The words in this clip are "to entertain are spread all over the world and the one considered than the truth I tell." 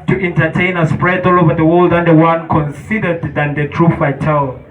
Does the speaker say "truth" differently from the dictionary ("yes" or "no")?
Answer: yes